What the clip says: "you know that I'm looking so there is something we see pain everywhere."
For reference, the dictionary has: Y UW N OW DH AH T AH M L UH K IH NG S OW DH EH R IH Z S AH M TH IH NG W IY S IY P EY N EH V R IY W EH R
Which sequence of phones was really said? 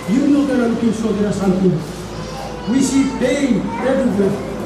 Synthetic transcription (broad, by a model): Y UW N OW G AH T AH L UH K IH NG S OW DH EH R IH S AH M T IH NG W IY S IY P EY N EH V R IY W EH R